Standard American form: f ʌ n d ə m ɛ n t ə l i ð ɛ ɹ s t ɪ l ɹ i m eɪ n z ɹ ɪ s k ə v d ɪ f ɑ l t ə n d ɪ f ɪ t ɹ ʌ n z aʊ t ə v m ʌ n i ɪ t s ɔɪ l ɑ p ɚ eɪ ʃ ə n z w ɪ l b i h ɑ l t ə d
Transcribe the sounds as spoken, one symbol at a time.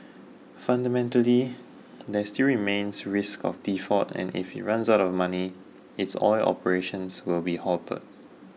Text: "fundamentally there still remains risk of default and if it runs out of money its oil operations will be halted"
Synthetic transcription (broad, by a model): f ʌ n d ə m ɛ n t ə l i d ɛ s t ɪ l ɹ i m eɪ n s ɹ ɪ s k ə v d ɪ f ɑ t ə n ɪ f ɪ t ɹ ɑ n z aʊ t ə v m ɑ n i ɪ t s ɔɪ l ɑ p ɚ eɪ ʃ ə n s w ɪ l b i h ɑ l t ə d